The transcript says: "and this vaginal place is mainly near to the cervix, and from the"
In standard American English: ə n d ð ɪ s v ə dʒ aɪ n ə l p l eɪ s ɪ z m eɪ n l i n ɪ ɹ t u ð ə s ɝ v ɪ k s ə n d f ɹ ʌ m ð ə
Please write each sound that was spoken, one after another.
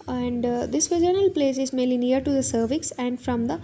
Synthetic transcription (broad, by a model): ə n d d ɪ s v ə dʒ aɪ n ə l p l eɪ s ɪ z m eɪ n l i n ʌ ɹ t u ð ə s ɝ v ɪ k s ə n d f ɹ ʌ m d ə